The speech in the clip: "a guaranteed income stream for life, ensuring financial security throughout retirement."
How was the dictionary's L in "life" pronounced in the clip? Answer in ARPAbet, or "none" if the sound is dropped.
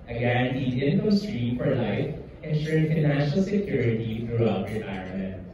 L